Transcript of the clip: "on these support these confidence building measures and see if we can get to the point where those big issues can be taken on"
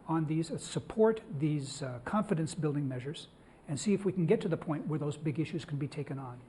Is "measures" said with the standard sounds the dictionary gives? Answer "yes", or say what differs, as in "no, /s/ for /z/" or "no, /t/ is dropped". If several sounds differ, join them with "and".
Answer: yes